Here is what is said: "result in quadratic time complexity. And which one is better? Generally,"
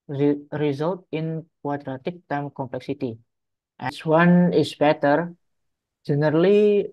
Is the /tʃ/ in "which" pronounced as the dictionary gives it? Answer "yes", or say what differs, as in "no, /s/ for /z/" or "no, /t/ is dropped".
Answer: no, /s/ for /tʃ/